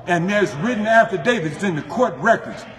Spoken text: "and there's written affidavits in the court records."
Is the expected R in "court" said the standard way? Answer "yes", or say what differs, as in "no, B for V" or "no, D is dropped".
yes